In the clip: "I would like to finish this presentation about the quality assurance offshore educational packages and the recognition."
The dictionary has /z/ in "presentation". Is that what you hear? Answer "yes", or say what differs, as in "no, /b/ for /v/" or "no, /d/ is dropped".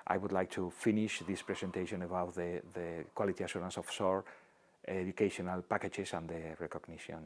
no, /s/ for /z/